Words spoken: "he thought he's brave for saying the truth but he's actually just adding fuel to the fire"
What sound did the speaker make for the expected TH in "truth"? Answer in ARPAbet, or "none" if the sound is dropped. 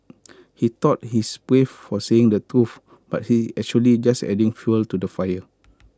F